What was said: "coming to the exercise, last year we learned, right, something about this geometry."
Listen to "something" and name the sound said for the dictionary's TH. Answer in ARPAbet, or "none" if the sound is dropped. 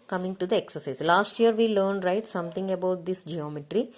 T